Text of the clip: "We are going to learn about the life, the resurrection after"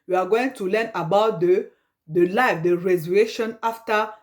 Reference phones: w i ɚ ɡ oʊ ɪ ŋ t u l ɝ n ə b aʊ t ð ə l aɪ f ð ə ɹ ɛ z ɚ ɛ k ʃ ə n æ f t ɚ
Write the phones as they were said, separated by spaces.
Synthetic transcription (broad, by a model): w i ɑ ɡ oʊ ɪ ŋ t u l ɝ n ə b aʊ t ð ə l aɪ f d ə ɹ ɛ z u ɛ ʃ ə n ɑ f t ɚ